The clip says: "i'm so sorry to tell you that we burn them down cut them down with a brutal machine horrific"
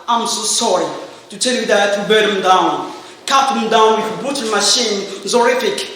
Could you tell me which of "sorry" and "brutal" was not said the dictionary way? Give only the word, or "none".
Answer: brutal